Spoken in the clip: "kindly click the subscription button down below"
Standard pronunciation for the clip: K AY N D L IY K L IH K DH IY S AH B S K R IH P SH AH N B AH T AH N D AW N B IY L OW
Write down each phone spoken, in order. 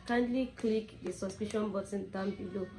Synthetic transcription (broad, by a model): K AY N D L IY K L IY K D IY S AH S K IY SH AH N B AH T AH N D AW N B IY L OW